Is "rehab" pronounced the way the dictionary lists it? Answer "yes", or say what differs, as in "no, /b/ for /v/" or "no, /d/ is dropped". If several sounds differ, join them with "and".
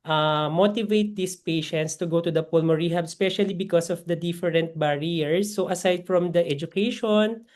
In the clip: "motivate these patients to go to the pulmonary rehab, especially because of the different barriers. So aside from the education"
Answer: yes